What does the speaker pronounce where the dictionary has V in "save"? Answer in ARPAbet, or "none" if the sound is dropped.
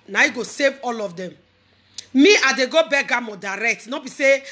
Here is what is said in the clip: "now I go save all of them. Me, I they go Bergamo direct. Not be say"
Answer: V